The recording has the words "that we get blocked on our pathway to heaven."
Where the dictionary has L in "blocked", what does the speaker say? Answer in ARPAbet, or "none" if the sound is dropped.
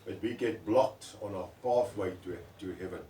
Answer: L